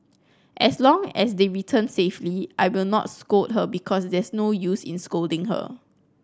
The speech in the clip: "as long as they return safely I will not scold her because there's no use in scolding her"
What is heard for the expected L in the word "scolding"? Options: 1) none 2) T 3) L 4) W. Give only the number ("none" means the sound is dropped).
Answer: 3